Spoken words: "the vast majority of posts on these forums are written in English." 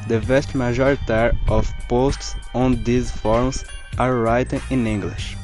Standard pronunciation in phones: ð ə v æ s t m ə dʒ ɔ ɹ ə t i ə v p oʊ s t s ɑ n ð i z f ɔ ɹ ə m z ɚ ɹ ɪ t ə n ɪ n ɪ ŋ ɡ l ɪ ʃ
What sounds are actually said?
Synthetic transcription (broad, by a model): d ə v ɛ s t m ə ʒ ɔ ɹ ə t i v p oʊ s t s ɑ n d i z f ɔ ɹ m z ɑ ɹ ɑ t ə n ɪ n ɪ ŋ ɡ l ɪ ʃ